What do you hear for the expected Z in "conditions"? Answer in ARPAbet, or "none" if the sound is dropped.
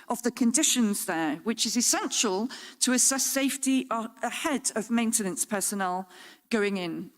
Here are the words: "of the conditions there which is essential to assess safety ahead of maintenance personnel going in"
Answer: Z